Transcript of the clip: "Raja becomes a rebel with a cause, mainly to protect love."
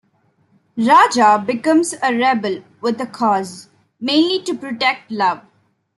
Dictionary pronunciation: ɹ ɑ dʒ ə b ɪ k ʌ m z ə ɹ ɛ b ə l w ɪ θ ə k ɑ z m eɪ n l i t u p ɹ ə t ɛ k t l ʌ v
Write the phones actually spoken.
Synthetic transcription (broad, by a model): ɹ ɑ dʒ ə b ɪ k ʌ m z ə ɹ ɛ b ə l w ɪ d ə k ɑ z m eɪ n l i t u p ɹ ə t ɛ k t l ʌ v